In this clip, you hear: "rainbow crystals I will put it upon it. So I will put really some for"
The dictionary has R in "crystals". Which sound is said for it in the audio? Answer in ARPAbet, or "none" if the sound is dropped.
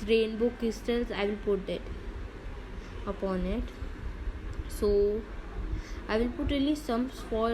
none